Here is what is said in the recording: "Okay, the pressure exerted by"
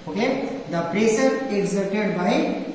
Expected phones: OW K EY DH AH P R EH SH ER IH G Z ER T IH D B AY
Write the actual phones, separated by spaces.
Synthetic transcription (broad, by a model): OW K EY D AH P R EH S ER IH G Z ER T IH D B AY